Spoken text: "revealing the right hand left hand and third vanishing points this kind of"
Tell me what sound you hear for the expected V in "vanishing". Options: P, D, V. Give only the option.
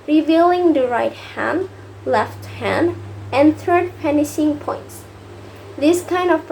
P